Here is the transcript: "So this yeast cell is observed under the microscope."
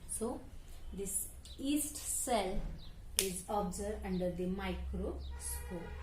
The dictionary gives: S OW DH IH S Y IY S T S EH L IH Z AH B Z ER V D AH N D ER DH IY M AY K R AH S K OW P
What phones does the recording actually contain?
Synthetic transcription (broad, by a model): S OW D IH S IY S T S EH L IH Z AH B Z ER D AH N D ER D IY M AY K R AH S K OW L